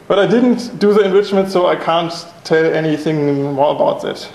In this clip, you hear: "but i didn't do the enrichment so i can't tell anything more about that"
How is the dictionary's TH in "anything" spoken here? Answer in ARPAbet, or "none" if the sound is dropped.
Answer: TH